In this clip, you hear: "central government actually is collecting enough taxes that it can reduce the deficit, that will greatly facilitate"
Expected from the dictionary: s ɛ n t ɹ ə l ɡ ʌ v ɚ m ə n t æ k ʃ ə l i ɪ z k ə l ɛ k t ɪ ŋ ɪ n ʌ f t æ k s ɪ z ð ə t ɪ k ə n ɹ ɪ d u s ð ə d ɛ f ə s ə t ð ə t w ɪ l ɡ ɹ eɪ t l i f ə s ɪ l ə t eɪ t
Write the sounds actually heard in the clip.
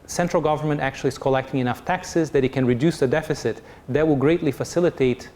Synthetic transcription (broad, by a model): s ɛ n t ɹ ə l ɡ ʌ v ɚ m ə n t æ k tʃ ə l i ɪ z k ə l ɛ k t ɪ ŋ ɪ n ʌ f t æ k s ɪ z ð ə t ɪ k ə n ɹ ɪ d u s ð ə d ɛ f ə s ə t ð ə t w ɪ l ɡ ɹ eɪ t l i f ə s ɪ l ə t eɪ t